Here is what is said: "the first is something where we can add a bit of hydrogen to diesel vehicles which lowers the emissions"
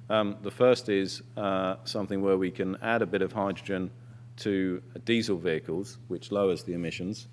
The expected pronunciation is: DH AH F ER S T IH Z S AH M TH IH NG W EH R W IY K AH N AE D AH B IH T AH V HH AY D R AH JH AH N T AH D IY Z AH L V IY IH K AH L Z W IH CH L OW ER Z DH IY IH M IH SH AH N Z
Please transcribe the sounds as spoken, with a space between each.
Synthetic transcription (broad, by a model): DH AH F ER S T IH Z S AH M TH IH NG W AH W IY K AH N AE D AH B IH T AH V HH AY D R AH JH AH N T AH D IY Z AH L V IY IH K AH L Z W IH CH L OW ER Z DH IY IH M IH SH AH N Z